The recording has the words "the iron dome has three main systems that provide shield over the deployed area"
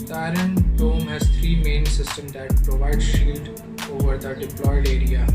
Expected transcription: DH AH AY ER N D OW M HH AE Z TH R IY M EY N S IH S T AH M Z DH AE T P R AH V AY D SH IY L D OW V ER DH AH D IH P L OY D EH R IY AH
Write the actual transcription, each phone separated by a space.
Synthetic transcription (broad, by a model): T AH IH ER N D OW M HH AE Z T R IY M EY N S IH S T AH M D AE T P R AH V AY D SH IY L D OW V ER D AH D IH P L OY D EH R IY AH